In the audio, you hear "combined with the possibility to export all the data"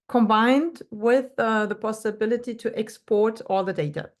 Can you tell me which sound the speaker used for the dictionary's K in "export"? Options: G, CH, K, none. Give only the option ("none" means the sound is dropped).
K